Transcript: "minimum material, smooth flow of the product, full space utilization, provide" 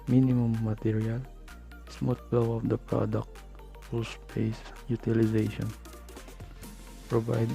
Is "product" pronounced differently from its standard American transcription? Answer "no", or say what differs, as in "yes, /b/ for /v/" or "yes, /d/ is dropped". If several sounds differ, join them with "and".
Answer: no